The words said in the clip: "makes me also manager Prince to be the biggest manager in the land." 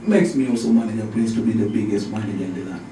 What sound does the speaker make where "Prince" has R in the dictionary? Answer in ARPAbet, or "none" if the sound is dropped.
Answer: L